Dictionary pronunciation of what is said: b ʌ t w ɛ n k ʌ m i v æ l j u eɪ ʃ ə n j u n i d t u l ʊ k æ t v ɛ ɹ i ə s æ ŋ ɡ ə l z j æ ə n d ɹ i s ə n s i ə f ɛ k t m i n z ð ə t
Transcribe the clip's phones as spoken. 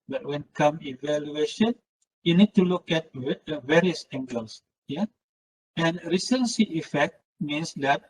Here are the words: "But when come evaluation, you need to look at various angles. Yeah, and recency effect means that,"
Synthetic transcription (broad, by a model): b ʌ t w ɛ n k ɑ m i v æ l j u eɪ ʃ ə n j u n i d t u l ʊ k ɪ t v ɛ ɹ i ə s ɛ ŋ ɡ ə l s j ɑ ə n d ɹ i s ə n s i ə f ɛ k t m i n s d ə t